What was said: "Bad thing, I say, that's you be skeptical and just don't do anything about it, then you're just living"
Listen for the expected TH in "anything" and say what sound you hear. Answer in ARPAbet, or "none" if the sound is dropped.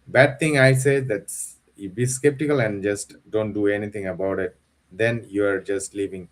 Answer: T